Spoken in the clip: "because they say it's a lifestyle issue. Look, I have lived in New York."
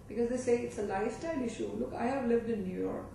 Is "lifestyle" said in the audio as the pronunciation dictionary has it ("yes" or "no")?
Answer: yes